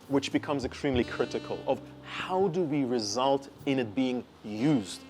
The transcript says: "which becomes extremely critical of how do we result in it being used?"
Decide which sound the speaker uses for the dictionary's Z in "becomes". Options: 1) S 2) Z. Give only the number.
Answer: 2